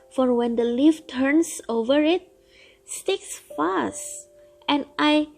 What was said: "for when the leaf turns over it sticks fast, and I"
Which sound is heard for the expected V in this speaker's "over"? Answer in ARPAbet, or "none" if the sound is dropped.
V